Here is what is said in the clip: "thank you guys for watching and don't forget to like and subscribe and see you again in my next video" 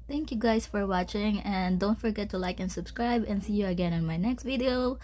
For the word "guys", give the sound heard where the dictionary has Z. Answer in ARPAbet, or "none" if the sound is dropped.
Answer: S